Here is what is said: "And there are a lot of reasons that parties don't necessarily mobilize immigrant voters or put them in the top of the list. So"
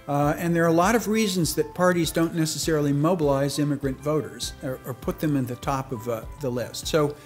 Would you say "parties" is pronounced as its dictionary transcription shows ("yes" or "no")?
yes